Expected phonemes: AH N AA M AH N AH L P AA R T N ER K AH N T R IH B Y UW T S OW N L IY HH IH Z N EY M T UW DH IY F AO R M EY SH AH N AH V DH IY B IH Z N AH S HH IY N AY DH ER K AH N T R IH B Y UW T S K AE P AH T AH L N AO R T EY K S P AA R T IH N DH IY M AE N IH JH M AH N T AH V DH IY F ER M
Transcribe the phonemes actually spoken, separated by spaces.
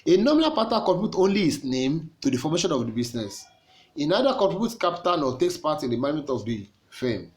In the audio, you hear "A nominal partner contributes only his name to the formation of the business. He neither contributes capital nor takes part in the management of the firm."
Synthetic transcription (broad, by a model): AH N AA M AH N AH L P AA T AA K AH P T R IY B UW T OW N L IY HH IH S N EY M T UW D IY F AO M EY SH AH N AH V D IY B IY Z N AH S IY N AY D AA K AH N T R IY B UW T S K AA P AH T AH N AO T EY K S P AA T IH N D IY M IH M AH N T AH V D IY F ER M